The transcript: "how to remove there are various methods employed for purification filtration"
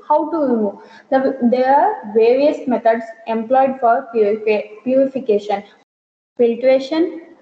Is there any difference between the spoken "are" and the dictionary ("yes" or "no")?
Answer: no